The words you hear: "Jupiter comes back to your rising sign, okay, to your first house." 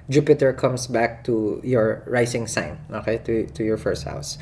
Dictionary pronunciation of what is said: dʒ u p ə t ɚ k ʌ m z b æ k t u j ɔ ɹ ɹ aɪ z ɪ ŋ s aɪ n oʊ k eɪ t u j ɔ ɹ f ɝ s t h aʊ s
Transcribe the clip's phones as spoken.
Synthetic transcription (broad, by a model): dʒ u p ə t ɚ k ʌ m s b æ k t u j ɔ ɹ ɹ aɪ s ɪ ŋ s aɪ n oʊ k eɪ t u j ɔ ɹ f ɝ s t h aʊ s